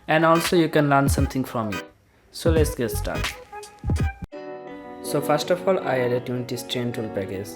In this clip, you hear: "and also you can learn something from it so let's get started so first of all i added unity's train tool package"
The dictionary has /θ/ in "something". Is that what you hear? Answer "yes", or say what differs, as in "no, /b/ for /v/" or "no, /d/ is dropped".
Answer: no, /t/ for /θ/